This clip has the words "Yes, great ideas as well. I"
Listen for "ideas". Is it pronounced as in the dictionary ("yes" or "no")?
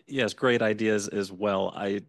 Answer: yes